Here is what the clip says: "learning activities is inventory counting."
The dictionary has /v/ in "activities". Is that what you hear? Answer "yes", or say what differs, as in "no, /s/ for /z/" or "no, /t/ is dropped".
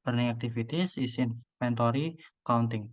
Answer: no, /f/ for /v/